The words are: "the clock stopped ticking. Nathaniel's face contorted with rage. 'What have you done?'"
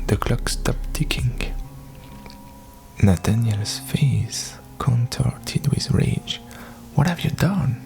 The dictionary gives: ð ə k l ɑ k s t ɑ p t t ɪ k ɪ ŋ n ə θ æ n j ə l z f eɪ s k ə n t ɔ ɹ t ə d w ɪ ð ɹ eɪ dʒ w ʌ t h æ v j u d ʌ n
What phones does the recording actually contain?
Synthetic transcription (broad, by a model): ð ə k l ɑ k s t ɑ p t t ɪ k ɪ ŋ n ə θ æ n j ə l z f eɪ s k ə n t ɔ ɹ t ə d w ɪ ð ɹ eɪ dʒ w ʌ t h æ v j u d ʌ n